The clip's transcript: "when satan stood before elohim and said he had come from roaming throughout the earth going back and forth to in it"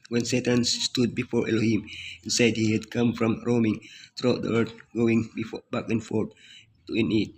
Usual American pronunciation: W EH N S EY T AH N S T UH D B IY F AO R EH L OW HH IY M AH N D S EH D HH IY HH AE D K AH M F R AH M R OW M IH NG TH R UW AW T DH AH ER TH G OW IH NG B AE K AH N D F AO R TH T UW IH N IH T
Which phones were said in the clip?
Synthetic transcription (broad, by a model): W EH N S EY T AH N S T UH D B IY F AO R EH L OW HH IY M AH N S EH D HH IY HH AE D K AH M F R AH M R OW M IH NG T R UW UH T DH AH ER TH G OW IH NG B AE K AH N F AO R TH T UW IH N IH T